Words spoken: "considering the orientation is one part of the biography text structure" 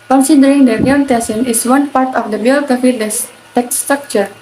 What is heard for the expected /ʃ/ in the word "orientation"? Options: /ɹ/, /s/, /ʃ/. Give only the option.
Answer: /s/